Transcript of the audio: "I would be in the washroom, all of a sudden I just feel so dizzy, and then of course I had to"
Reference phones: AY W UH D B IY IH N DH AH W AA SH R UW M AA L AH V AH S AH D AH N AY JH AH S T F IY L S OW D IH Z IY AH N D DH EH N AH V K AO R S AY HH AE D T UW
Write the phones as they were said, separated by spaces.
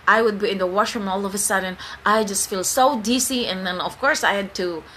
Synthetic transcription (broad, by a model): AY W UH D B IY IH N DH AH W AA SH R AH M AA L AH V AH S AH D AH N AY JH AH S T F IY L S OW D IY S IY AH N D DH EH N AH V K AO R S AY HH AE D T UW